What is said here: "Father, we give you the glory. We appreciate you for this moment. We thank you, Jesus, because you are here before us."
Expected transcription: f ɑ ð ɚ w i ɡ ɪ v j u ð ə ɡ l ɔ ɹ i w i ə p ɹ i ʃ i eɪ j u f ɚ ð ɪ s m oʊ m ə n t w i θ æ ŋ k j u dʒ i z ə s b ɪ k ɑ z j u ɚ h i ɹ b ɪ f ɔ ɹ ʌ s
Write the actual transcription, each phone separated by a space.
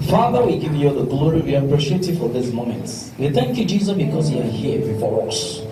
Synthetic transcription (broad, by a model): f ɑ ð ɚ w i ɡ ɪ v j u ð ə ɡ l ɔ ɹ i w i ə p ɹ i ʃ i eɪ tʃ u f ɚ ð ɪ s m oʊ m ə n t w i θ æ ŋ k j u dʒ i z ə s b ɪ k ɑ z j u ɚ h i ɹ b ɪ f ɔ ɹ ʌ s